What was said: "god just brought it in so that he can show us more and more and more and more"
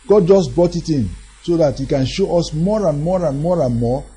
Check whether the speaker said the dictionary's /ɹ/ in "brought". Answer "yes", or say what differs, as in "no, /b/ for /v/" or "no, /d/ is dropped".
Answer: no, /ɹ/ is dropped